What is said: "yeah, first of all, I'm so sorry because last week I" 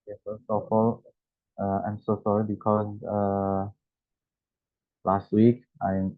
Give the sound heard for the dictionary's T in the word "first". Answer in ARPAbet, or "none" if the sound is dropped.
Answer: none